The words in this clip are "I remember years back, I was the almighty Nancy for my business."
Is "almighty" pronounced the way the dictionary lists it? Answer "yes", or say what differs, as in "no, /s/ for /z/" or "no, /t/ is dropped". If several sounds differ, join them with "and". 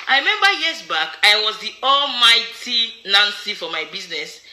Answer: yes